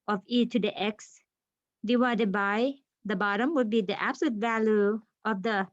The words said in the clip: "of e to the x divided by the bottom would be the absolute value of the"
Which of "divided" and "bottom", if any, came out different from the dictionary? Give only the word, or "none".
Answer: divided